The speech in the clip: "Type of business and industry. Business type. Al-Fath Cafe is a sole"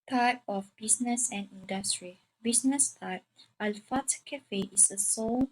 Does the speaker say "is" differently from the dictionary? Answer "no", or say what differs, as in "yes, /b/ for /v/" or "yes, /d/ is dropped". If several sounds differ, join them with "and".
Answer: yes, /s/ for /z/